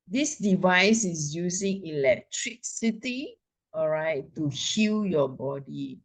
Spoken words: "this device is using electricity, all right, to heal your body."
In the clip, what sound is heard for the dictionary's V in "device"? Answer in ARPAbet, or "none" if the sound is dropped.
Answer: V